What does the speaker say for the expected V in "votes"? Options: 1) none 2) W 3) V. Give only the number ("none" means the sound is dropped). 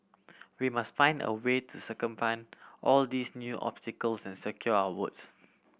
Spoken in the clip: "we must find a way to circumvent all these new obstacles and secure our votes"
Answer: 2